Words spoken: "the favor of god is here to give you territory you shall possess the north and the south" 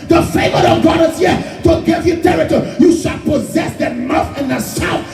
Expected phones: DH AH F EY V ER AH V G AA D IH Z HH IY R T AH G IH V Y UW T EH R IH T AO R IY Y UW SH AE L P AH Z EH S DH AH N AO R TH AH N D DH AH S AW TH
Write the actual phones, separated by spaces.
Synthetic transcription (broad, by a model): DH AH F EY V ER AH G AA D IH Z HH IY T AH G IH V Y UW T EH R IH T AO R Y UW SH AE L P AH Z EH S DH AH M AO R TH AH N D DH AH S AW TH